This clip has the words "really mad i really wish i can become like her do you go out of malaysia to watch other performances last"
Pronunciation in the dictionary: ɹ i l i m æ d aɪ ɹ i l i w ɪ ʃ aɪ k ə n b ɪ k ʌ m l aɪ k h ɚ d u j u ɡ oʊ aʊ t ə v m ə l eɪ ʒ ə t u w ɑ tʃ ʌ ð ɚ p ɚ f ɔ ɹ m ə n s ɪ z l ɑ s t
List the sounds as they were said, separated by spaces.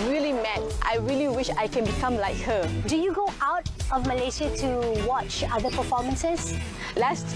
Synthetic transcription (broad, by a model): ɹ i l i m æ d aɪ ɹ i l i w ɪ ʃ aɪ k ə n b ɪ k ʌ m l aɪ k h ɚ d u j u ɡ oʊ aʊ t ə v m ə l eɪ s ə t u w ɑ tʃ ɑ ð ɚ p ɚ f ɔ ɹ m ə n s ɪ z l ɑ s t